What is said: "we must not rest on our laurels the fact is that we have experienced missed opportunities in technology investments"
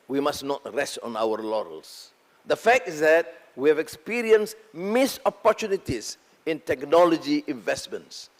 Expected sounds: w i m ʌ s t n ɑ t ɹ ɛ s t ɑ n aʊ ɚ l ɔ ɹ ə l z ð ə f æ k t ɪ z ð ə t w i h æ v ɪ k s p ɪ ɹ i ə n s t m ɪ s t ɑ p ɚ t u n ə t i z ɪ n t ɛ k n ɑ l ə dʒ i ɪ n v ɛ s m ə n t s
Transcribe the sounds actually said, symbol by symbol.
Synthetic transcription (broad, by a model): w i m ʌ s n ɑ t ɹ ɛ s t ɑ n aʊ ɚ l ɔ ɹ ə l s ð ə f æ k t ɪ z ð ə t w i h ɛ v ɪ k s p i ɹ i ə n s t m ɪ s ɑ p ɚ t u n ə t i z ɪ n t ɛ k n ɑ l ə dʒ i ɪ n v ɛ s m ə n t s